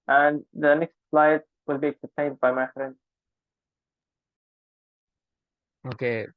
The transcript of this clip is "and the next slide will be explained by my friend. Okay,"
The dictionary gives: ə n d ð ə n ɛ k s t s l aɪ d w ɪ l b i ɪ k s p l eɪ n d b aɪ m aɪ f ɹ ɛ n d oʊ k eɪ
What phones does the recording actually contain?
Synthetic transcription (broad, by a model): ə n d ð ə n ɛ k s t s l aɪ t w ɪ l b i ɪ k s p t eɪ n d b aɪ m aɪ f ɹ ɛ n oʊ k eɪ